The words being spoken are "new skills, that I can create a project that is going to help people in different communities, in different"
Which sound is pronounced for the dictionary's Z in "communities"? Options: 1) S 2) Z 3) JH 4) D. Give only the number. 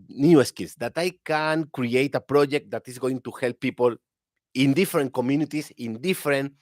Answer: 1